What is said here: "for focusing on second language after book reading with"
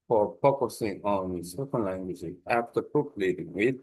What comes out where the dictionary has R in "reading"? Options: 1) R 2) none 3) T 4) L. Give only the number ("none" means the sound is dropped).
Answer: 4